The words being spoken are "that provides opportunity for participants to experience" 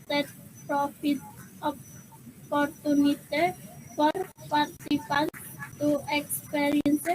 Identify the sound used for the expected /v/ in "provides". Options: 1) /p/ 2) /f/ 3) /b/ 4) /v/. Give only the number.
2